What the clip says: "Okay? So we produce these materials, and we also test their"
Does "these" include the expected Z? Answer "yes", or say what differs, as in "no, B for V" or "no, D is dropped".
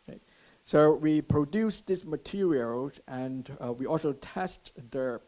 no, S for Z